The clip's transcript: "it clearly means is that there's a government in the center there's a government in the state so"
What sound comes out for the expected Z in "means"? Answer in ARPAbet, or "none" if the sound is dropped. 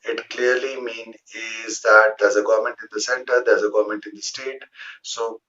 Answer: none